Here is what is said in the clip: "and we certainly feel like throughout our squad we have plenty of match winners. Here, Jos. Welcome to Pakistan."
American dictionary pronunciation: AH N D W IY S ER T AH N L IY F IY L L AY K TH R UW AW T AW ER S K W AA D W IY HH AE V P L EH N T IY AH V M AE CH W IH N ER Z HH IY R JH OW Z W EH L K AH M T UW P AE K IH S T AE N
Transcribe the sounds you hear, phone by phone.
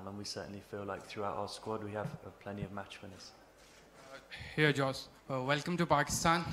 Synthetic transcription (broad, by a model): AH N W IY S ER T N L IY F IY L L AY K TH R UW AW T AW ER S K W AA D W IY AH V P L EH N T IY AH V M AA CH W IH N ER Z HH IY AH JH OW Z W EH L K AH M T UW P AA K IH S T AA N